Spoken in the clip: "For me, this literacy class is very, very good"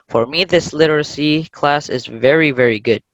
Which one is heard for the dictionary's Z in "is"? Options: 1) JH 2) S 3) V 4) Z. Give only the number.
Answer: 4